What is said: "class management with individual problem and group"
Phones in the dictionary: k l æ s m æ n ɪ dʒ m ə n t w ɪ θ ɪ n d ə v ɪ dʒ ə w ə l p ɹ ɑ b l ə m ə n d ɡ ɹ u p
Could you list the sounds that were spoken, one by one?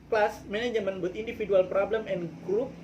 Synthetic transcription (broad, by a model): k l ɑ s m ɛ n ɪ dʒ m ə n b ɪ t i n d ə f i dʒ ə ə l p ɹ ɑ b l ə m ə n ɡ ɹ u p